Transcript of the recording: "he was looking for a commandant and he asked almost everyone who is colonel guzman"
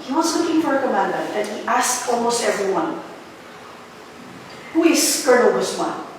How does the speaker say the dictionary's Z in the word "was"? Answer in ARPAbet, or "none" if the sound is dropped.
S